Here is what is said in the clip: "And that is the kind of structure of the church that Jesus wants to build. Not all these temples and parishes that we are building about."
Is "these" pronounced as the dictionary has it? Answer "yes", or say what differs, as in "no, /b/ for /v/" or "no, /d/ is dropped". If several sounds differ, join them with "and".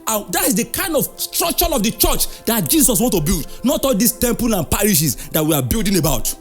no, /s/ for /z/